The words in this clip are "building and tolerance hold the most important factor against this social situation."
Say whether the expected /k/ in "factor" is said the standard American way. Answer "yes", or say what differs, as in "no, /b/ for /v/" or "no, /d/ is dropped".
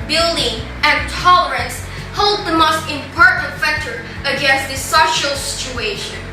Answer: yes